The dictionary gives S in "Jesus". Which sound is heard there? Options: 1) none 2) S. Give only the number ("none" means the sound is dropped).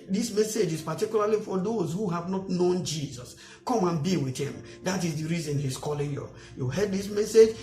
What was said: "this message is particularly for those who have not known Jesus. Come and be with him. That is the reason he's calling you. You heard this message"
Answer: 2